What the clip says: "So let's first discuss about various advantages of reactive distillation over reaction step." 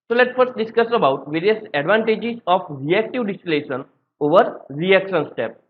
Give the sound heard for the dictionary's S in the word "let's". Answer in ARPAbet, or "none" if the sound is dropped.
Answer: none